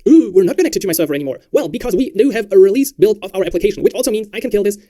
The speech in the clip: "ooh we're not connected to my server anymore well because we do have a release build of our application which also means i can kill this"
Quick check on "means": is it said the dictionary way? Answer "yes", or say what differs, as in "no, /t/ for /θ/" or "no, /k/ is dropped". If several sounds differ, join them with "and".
yes